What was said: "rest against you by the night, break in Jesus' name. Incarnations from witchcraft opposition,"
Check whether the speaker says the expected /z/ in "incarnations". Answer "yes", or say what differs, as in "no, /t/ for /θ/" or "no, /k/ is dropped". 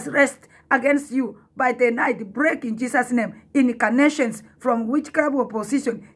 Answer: no, /s/ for /z/